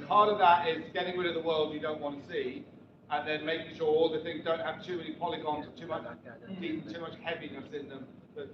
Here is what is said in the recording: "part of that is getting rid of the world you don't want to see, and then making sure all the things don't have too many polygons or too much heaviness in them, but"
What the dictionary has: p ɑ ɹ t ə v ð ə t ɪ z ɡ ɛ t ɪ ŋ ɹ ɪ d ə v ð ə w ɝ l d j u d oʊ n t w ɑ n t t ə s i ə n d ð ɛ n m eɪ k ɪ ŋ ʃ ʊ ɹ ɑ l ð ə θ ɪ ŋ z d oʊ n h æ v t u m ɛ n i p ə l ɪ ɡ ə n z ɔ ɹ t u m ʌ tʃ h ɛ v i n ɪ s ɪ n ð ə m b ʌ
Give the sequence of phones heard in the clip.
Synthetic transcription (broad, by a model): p ɑ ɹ t ə v ð ə t ɪ z ɡ ɛ t ɪ ŋ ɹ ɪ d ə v ð ə w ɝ l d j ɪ d oʊ n t w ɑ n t t ə s i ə n ð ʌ n m eɪ k ɪ ŋ ʃ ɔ ɹ ɑ l ð ə θ ɪ ŋ z d oʊ n h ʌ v t u m ɛ n i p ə l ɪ ɡ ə n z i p t u m ʌ tʃ h ɛ v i n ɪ s ɪ n ð ə m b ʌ